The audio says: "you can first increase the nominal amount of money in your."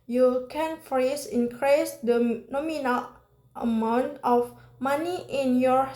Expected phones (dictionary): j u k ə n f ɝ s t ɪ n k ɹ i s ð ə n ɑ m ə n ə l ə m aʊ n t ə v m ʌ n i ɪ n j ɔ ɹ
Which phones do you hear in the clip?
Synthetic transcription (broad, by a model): j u k ə n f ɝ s ɪ n k ɹ i s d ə n ɑ m ə n ə l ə m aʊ n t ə f m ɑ n i ɪ n j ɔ ɹ